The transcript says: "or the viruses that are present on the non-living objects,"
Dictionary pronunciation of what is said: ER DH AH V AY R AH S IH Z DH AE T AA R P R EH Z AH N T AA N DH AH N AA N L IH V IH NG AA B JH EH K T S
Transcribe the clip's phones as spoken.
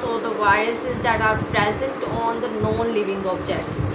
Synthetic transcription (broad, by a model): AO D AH V AY R AH S IH Z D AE T AA R P R EH Z AH N T AA N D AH N AA N L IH V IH NG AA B JH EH K T S